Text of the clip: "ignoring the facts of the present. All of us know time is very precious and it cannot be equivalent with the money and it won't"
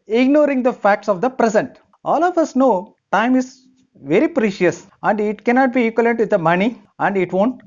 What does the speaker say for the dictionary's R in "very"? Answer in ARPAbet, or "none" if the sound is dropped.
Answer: R